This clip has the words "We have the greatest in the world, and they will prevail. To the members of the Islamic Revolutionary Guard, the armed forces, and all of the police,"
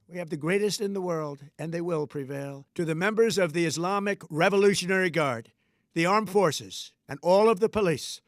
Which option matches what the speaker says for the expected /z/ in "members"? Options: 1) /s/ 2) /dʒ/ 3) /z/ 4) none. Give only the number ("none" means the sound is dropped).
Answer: 3